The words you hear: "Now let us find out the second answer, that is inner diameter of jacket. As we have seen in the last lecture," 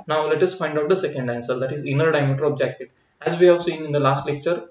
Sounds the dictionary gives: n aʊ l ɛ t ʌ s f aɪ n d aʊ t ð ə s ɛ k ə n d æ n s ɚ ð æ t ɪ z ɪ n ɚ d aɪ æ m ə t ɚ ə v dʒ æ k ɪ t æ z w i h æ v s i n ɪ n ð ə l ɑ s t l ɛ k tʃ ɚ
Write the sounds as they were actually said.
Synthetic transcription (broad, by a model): n aʊ l ɛ t ʌ s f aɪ n d aʊ t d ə s ɛ k ə n d æ n s ɚ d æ t ɪ z ɪ n ɚ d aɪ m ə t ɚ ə b dʒ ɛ k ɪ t æ z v i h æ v s i n ɪ n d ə l ɑ s t l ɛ k tʃ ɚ